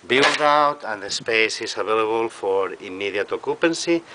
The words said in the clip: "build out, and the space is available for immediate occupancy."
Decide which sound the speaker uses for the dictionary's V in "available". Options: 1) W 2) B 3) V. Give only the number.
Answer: 2